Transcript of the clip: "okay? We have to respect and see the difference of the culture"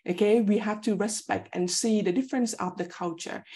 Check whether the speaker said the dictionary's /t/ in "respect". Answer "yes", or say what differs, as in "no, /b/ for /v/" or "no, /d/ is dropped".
yes